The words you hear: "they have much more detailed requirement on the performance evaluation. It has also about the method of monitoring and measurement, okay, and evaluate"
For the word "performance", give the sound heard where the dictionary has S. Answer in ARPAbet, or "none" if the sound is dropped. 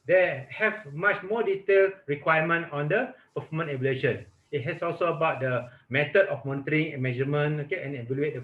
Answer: none